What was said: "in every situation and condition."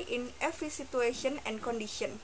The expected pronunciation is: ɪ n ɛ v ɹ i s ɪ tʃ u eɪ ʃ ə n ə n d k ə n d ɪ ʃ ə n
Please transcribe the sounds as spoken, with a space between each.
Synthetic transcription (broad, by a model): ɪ n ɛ f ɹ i s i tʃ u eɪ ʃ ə n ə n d k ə n d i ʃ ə n